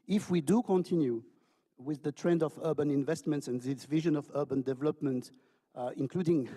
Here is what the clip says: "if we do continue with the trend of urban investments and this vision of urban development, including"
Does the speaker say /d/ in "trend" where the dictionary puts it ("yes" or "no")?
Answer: yes